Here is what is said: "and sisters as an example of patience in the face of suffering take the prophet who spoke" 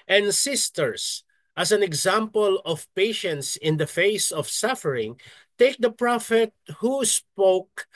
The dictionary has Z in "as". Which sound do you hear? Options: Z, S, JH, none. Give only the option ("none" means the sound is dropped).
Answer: S